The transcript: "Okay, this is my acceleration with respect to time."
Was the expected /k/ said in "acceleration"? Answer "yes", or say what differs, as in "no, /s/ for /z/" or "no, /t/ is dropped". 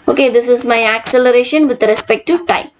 yes